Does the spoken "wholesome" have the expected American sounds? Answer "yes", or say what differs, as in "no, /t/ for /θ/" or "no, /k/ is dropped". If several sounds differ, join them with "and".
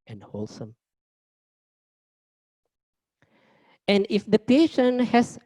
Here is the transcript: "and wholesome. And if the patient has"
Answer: yes